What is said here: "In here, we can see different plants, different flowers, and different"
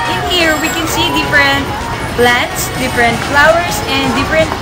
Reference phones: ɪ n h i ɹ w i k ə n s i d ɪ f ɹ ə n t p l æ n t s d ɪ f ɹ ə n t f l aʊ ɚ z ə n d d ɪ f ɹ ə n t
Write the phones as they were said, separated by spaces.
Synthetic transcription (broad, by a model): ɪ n h i ɹ w i k ə n s i d ɪ f ɹ ə n t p l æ n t s d ɪ f ɹ ə n t f l aʊ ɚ s ə n d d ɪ f ɹ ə n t